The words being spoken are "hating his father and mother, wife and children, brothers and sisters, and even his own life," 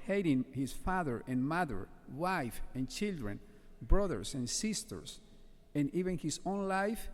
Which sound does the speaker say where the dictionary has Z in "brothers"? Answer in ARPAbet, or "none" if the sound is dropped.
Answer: S